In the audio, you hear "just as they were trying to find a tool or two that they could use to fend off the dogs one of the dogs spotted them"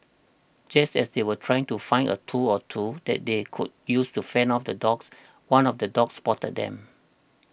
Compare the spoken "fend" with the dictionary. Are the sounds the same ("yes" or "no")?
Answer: no